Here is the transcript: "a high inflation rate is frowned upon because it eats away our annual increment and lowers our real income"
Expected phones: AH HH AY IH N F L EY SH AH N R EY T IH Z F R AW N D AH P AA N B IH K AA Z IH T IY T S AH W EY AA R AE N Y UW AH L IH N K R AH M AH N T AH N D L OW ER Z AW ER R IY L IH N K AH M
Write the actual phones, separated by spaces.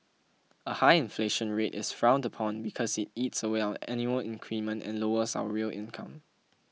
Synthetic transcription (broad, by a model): AH HH AY IH N F L EY SH AH N R EY T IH S F R AW N D AH P AA N B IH K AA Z IH T IY T S AH W EY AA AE N Y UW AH L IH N K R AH M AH N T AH N L OW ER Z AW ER R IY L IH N K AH M